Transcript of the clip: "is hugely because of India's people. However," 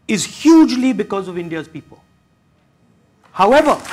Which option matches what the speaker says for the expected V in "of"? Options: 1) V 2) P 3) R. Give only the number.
1